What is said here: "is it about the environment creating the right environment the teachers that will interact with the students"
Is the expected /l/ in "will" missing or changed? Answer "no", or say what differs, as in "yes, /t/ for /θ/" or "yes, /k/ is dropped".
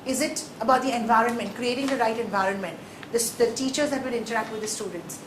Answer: yes, /n/ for /l/